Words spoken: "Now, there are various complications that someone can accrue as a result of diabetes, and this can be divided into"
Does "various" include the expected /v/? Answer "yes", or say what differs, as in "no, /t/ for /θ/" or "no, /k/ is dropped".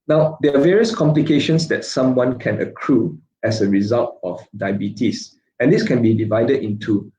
yes